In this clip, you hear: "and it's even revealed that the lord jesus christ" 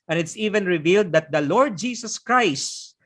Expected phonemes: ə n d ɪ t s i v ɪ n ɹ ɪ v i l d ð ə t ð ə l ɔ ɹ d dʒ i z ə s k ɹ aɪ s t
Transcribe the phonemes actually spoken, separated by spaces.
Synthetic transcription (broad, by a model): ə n ɪ t s i v ɪ n ɹ ɪ v i l d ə t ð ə l ɔ ɹ d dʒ i s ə s k ɹ aɪ s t